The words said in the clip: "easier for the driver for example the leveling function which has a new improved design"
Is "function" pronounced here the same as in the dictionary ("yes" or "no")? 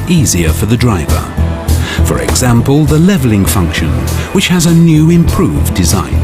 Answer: yes